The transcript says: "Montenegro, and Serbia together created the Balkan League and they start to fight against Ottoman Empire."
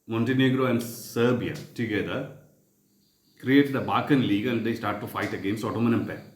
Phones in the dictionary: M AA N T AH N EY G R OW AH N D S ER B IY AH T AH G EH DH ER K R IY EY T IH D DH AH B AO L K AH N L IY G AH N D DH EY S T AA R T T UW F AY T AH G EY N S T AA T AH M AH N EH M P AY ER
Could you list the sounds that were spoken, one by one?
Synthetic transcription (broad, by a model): M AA N T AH N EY G R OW AH N D S ER B IY AH T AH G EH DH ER K R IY EY T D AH B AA K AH N L IY G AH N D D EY S T AA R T T UW F AY T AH G EY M S AA T AH M AH N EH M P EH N